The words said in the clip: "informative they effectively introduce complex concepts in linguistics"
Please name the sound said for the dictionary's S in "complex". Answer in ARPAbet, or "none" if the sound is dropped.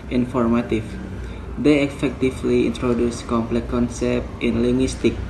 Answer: none